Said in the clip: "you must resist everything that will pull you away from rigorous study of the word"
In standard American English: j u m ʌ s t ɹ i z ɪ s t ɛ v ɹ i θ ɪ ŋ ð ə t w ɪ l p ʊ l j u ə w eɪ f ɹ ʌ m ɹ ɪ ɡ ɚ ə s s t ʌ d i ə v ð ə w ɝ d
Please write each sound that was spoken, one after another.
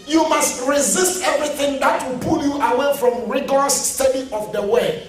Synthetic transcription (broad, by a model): j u m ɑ s t ɹ i z ɪ s t ɛ v ɹ i θ ɪ ŋ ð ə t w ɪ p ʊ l j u ə w eɪ f ɹ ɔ m ɹ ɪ ɡ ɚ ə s s t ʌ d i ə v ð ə w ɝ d